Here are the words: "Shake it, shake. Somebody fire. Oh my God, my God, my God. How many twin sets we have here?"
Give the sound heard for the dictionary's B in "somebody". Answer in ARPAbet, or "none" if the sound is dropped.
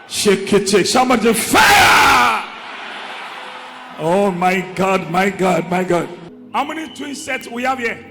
none